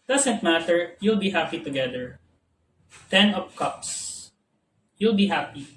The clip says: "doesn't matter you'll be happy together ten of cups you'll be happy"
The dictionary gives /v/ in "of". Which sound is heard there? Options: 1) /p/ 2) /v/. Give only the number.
1